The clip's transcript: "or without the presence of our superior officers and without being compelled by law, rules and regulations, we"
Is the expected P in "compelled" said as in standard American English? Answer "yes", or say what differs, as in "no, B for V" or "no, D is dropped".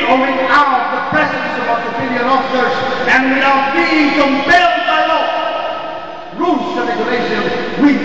no, B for P